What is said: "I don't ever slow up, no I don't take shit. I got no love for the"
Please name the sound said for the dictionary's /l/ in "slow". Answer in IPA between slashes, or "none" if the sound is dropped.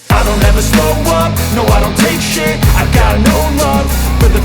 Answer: none